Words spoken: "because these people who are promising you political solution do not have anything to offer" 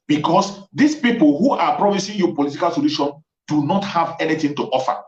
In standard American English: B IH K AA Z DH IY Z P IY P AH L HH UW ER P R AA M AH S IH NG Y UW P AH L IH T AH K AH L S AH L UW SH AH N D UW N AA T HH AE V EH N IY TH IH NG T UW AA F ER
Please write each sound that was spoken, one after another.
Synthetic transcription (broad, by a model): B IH K AA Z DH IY S P IY P AH L HH UW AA P R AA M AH S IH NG Y UW P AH L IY T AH K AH L S AH L UW SH AH N D UW N AA T HH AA V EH N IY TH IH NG T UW AA F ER